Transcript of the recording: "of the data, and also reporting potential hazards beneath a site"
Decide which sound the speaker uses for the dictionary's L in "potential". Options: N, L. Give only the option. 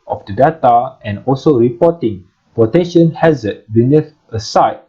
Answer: N